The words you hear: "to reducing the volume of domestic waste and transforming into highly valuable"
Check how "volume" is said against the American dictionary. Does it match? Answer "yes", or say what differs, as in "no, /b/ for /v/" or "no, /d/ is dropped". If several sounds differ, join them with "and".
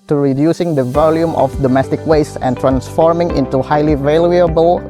yes